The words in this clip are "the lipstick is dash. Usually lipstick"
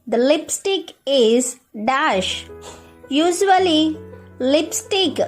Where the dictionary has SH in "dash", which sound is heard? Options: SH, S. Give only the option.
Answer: SH